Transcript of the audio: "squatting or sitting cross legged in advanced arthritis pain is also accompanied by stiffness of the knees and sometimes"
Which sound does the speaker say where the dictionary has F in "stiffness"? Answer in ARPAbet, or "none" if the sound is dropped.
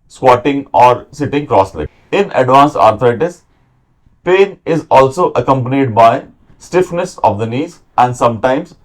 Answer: F